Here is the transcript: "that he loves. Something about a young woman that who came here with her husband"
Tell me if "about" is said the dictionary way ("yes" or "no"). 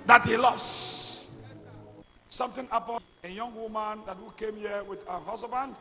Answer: no